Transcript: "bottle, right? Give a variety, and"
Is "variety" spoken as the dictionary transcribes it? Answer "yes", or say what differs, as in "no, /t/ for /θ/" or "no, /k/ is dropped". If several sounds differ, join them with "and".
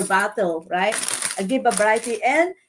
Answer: no, /b/ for /v/